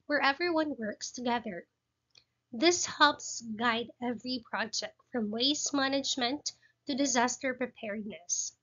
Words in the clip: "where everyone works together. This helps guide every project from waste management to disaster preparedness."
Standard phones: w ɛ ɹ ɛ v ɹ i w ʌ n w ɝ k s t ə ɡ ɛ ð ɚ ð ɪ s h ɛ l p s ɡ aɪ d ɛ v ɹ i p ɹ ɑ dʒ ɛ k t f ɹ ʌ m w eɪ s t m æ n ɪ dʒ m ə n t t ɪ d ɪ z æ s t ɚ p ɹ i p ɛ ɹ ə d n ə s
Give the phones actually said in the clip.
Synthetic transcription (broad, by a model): w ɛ ɹ ɛ v ɹ i w ʌ n w ɝ k s t ə ɡ ɛ ð ɚ ð ɪ s h ɛ l p s ɡ aɪ d ɛ v ɹ i p ɹ ɑ dʒ ɛ k t f ɹ ʌ m w eɪ s m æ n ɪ dʒ m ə n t t ɪ d ɪ z æ s t ɚ p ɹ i p ɛ ɹ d n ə s